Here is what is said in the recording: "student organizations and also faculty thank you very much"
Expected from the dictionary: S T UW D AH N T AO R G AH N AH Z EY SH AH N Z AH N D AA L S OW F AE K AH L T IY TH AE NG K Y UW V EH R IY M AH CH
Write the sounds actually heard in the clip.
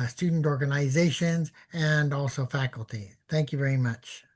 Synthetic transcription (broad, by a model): S T UW D N T AO R G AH N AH Z EY SH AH N Z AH N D AA L S OW F AE K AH L T IY TH AE NG K Y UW V EH R IY M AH CH